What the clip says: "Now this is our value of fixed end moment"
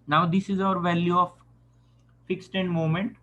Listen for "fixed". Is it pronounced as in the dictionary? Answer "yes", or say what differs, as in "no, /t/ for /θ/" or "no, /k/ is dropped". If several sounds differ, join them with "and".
yes